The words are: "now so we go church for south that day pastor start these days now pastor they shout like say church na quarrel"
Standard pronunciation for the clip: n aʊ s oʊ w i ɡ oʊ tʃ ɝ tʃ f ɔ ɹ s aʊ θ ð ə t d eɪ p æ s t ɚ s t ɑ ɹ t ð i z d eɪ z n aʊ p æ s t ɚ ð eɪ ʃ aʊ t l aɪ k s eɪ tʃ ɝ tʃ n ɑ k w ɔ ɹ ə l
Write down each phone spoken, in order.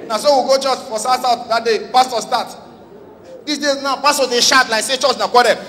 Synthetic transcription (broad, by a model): n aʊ s oʊ w i ɡ oʊ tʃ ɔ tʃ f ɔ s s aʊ t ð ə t d eɪ p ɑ s t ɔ s t ɑ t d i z d eɪ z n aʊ p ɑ s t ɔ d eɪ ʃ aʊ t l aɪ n s eɪ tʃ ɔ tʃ n ɑ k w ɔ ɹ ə